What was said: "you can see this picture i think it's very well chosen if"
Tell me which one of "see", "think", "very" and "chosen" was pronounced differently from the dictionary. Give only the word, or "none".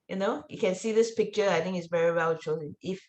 none